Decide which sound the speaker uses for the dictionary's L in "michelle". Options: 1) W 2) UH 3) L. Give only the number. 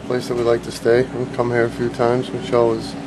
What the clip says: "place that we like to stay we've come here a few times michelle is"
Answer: 1